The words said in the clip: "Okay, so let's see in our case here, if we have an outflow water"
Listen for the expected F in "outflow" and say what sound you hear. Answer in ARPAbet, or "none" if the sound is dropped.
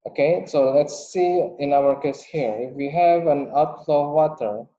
none